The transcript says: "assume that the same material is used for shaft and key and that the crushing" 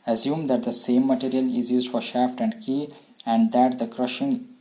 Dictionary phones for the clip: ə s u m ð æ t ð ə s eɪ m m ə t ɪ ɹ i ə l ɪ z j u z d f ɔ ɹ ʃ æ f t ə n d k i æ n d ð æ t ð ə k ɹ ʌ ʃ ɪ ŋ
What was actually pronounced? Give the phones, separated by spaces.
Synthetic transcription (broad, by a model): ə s u m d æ t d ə s eɪ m m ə t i ɹ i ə l ɪ z j u z d f ɔ ɹ ʃ æ f t ə n d k i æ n d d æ t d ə k ɹ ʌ ʃ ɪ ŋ